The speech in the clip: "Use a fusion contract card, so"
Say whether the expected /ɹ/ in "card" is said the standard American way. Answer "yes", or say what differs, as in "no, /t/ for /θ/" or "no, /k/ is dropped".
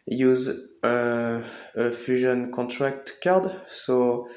yes